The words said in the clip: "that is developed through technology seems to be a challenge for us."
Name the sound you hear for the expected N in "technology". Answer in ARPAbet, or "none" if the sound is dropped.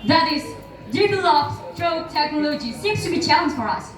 N